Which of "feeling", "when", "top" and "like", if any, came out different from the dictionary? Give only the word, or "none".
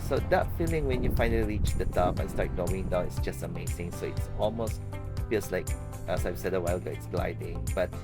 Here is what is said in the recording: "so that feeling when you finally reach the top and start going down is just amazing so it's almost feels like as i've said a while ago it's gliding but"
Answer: top